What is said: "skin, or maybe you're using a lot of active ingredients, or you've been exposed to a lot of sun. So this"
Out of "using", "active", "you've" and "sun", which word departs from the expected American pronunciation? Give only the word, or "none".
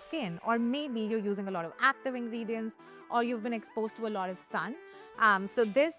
none